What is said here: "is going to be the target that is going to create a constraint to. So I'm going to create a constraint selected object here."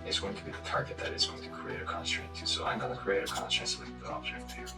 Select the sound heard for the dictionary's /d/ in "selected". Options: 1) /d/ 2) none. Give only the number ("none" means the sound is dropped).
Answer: 2